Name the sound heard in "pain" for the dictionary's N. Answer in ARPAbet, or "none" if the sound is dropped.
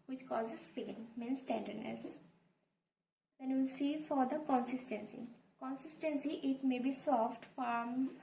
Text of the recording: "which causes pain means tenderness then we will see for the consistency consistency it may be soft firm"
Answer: L